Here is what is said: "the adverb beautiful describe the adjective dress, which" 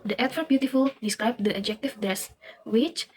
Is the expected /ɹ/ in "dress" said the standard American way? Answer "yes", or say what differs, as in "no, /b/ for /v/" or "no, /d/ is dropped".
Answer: no, /ɹ/ is dropped